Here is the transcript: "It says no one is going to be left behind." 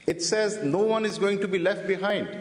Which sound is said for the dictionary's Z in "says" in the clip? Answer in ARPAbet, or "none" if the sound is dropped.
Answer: Z